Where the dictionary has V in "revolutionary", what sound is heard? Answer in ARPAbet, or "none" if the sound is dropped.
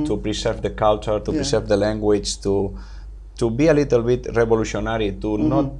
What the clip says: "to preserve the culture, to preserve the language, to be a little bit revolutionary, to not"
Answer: B